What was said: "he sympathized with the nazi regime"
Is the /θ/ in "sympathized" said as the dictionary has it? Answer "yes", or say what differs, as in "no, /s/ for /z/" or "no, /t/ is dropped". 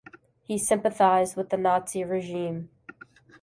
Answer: yes